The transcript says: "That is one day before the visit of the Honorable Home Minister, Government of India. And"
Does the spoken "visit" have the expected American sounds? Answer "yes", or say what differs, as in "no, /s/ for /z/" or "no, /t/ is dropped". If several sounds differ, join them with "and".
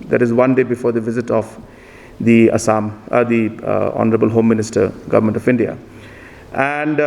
yes